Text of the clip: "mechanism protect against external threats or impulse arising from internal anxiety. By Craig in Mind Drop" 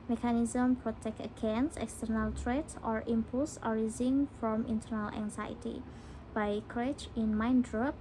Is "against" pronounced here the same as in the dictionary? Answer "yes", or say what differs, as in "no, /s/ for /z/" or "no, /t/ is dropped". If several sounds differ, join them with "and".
no, /t/ is dropped